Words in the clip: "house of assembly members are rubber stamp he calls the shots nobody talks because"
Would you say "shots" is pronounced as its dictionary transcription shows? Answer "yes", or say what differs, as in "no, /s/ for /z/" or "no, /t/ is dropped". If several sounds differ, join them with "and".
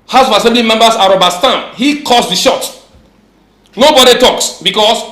no, /s/ is dropped